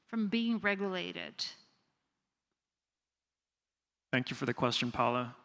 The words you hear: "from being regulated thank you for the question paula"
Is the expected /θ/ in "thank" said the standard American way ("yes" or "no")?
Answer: yes